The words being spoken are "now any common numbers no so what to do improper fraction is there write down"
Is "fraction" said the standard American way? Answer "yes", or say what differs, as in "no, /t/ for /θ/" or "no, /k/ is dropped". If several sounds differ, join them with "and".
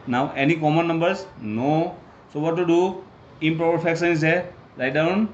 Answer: no, /ɹ/ is dropped and /s/ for /ʃ/